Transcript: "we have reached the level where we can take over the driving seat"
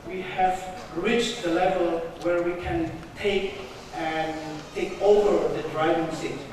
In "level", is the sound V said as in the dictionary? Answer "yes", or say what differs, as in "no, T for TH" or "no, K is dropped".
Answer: yes